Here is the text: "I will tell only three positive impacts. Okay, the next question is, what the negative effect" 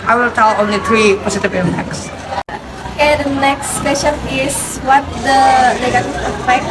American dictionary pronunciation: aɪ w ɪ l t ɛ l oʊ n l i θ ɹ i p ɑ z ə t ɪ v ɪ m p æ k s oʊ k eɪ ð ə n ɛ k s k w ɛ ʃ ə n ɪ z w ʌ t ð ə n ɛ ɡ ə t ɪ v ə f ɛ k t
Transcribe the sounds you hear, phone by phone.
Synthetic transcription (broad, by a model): aɪ w ɪ l t ɛ l oʊ n l i t ɹ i p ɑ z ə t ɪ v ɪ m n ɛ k s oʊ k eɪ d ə n ɛ k s k w ɛ ʃ ə n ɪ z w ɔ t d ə l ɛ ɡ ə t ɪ ə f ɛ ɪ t